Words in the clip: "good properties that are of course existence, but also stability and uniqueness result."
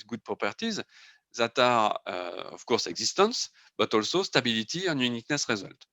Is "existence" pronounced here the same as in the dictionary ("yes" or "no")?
no